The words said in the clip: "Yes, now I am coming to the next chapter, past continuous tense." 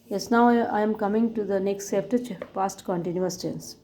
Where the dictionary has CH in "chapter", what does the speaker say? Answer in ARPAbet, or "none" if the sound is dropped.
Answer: S